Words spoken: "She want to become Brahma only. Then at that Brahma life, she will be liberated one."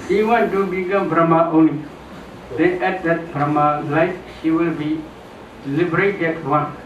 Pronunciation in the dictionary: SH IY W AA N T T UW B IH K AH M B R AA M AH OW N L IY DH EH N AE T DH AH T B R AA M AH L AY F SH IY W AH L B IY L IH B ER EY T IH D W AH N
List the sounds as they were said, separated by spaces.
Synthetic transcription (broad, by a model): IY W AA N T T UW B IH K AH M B R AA M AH OW N L IY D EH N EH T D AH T B R AA M AH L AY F SH IY W AH L B IY L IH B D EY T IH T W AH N